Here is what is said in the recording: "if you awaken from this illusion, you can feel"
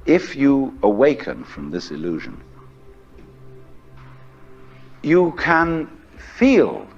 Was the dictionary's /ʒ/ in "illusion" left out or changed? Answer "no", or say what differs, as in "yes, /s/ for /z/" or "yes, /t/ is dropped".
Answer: no